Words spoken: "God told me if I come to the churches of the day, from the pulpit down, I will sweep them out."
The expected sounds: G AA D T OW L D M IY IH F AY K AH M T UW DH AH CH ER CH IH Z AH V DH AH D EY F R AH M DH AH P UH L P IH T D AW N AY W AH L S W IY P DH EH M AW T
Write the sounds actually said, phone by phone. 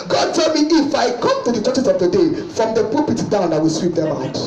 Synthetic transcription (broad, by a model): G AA D T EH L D M IY IH F AY K AH M T UW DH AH CH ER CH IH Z AH V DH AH D EY F R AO M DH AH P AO P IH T D AW N AY W AH L S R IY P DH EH M AW T